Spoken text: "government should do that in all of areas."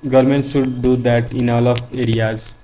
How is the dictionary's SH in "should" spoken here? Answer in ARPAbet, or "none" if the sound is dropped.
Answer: S